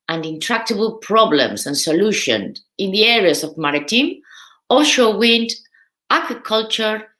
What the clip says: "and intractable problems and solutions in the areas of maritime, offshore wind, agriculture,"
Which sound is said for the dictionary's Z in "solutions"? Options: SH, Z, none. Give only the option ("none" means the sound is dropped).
none